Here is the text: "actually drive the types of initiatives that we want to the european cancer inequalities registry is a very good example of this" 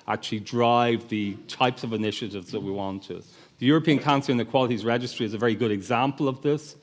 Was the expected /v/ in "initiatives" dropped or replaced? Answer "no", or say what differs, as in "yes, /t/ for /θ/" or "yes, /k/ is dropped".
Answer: no